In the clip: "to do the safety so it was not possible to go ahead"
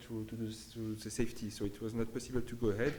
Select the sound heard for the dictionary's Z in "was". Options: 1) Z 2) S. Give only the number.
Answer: 1